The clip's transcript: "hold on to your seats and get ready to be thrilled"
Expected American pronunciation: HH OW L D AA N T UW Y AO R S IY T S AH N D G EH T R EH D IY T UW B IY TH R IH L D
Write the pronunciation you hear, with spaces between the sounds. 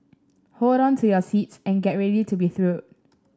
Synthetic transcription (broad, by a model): HH OW L D AA N T UW Y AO S IY T S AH N G EH T R EH D IY T UW B IY TH R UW D